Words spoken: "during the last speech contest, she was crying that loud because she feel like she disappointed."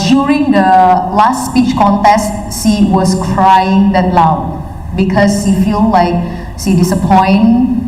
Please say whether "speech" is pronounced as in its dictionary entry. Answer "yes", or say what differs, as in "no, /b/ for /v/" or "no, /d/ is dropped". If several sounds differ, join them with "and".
yes